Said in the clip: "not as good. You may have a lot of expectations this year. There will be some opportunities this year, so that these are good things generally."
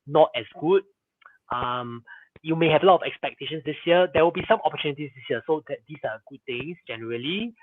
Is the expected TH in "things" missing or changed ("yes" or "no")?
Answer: yes